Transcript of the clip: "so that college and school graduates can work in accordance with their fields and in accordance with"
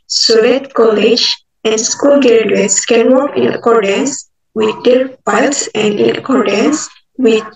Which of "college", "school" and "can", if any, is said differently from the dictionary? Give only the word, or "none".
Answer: none